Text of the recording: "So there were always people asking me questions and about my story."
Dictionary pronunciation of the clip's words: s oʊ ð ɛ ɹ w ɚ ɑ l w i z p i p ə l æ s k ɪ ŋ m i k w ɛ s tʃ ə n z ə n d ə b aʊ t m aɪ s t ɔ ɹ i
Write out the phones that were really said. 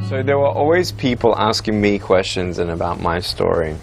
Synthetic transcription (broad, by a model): s oʊ ð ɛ ɹ w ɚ ɑ l w i z p i p ə l æ s k ɪ ŋ m i k w ɛ s tʃ ə n z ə n ə b aʊ t m aɪ s t ɔ ɹ i